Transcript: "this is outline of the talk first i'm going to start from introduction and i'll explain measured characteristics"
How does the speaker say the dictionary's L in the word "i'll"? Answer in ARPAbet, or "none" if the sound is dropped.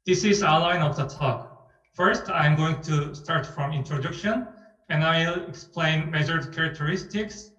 L